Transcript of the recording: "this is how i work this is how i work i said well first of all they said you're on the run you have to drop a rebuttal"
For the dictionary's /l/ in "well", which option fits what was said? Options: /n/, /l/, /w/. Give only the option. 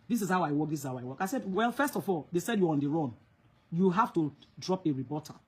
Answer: /l/